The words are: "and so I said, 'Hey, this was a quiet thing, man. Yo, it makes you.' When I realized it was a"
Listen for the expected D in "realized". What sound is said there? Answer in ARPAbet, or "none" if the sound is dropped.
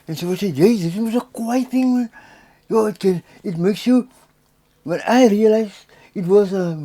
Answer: none